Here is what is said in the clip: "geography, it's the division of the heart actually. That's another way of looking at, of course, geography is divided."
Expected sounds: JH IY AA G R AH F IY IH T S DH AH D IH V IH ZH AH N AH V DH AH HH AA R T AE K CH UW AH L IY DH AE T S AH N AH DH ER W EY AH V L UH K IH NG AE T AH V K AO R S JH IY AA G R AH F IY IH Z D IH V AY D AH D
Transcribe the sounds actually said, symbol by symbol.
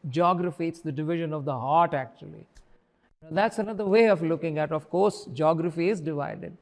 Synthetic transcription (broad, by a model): JH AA G R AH F IY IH T S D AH D IH V IH ZH AH N AH V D AH HH AA R T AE K CH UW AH L IY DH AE T S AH N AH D ER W EY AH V L UH K IH NG AE T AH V K AO R S JH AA G R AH F IY IH Z D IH V AY D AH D